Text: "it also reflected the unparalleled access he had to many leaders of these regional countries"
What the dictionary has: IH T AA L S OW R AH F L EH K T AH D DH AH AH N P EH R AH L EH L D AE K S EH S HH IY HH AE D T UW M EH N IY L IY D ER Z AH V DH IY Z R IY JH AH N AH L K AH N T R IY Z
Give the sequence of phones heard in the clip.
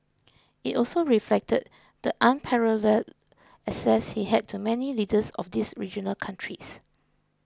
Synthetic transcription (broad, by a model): IH T AA L S OW R AH F L EH K T AH D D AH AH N P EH R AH L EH L EH S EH S HH IY HH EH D T UW M EH N IY L IY D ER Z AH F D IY S R IY JH AH N AH L K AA N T R IY S